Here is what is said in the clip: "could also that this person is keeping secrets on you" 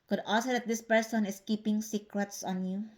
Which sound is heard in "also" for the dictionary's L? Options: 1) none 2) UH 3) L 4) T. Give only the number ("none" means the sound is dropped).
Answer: 1